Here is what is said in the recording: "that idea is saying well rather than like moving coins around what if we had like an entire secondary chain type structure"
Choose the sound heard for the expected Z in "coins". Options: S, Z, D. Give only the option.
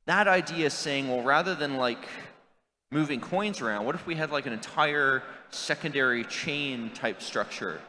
Z